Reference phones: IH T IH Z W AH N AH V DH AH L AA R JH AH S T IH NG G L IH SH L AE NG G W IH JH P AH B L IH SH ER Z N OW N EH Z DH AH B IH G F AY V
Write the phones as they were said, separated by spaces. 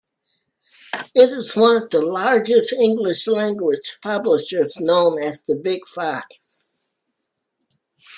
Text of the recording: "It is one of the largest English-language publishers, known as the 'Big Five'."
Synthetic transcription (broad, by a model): IH T IH Z W AH N AH V DH AH L AA R JH AH S T IH NG G L IH SH L AE NG G W IH JH P AH B L IH SH ER Z N OW N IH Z DH AH B IH G F AY V